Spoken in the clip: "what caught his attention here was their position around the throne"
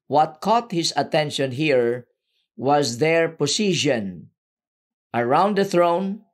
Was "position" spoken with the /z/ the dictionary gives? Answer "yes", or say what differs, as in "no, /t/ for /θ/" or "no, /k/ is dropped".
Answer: no, /s/ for /z/